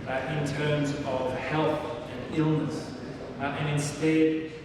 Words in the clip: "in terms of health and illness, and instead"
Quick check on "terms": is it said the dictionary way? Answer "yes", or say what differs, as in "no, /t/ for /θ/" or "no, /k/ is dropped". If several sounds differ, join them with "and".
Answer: yes